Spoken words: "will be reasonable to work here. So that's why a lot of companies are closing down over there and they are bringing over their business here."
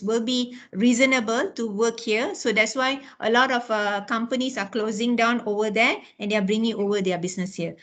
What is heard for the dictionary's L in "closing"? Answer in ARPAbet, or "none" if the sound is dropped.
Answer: L